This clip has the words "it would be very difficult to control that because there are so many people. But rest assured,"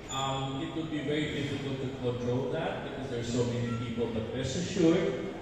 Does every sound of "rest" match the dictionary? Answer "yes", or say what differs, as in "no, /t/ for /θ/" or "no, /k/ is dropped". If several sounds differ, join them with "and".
no, /t/ is dropped